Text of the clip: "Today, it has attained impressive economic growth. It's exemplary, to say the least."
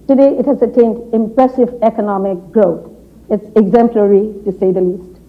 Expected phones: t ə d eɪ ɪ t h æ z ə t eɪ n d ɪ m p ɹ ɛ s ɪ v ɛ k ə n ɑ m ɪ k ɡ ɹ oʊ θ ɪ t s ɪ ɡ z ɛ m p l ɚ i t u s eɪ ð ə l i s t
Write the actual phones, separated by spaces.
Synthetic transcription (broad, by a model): t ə d eɪ ɪ t h æ z ə t eɪ n d ɪ m p ɹ ɛ s ɪ v ɛ k ə n ɑ m ɪ k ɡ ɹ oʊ t ɪ t s ɪ ɡ z ɛ m p l ɚ i t u s eɪ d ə l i s t